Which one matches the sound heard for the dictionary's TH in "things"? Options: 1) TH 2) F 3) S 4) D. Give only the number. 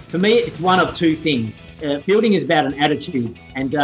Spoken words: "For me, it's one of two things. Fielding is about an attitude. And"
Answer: 1